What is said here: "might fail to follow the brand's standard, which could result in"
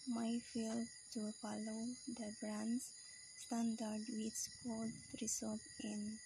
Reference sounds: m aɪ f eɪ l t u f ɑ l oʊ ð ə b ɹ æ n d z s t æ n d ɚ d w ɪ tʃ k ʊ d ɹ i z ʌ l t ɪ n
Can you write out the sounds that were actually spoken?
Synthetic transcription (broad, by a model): m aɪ f eɪ l t u f ɑ l oʊ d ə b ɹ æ n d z s t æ n d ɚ d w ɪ s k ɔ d ɹ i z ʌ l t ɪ n